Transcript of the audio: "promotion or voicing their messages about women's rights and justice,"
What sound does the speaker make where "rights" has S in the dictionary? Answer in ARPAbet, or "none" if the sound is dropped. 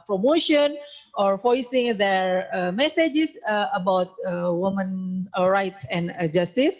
S